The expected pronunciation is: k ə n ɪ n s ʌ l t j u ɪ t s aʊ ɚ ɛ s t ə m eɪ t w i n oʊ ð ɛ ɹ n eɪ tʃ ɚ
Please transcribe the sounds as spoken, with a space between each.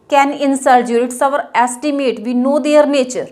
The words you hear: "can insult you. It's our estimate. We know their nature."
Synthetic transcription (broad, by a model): k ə n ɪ n s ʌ t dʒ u ɪ t s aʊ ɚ ɛ s t ə m eɪ t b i n oʊ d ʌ ɹ n eɪ tʃ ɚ